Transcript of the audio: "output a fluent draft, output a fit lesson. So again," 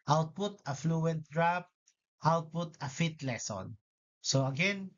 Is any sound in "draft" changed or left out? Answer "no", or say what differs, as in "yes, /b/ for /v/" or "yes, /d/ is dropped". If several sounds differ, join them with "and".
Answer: yes, /p/ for /f/